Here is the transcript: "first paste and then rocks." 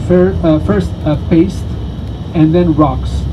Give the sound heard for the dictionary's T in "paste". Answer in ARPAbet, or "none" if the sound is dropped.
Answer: T